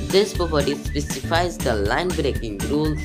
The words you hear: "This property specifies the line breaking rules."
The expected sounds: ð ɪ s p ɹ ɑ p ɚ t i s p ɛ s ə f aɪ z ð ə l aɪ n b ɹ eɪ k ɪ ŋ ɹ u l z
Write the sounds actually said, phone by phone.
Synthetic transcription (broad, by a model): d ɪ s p ɑ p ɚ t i s p ɛ s ə f aɪ z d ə l aɪ n b ɹ eɪ k ɪ ŋ ɹ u l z